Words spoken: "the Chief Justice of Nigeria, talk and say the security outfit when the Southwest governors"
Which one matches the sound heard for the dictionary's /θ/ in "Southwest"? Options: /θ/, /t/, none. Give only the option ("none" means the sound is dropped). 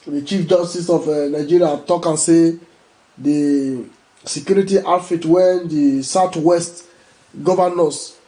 /t/